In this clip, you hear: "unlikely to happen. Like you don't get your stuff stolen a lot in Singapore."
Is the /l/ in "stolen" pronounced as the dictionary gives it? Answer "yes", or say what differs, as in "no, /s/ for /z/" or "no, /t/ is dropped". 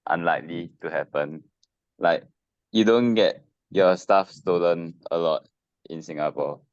yes